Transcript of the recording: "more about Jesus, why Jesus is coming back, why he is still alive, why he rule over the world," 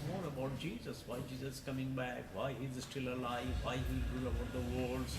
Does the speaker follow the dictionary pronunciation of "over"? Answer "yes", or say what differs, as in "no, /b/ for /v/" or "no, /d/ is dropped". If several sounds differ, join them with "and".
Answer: no, /b/ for /v/